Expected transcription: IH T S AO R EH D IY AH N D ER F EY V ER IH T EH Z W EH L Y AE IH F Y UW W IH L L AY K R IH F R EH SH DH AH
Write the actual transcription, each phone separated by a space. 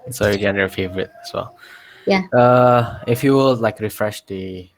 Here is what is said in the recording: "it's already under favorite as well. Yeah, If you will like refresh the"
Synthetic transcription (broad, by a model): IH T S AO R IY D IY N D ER F EY V ER IH T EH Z W EH L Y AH IH F Y UW W IH L L AY K R IH F R EH SH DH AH